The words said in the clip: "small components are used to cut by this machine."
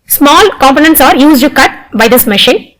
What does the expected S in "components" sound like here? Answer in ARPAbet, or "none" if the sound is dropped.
S